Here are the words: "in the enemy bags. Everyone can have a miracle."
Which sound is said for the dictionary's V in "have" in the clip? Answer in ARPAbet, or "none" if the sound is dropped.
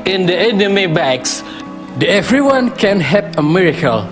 P